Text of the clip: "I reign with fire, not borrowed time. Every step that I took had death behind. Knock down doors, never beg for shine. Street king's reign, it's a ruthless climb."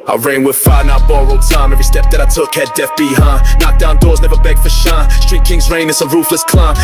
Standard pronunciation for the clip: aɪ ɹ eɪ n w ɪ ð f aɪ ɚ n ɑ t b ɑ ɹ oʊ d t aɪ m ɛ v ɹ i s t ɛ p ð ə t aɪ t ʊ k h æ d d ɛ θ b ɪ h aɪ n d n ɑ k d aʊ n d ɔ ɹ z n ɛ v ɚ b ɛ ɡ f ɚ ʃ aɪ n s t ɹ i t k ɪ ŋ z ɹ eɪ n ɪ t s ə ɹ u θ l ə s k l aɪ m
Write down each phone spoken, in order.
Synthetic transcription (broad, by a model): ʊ ɹ eɪ n w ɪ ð f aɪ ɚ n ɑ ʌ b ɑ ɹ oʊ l t aɪ m ɛ v ɹ i s t ɛ p ð ə t aɪ t ʊ k h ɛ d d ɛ f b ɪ h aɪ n n ɑ k d aʊ n d ɔ ɹ z n ɛ v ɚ b ɛ ɡ f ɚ ʃ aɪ s t ɹ i t k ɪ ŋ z ɹ eɪ n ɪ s ə ɹ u f l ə s k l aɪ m